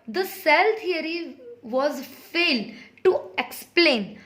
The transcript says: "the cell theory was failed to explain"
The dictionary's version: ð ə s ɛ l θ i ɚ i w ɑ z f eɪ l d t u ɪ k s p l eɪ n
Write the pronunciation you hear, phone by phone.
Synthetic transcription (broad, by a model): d ə s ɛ l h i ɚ i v ɑ z f eɪ l d t u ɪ k s p l eɪ n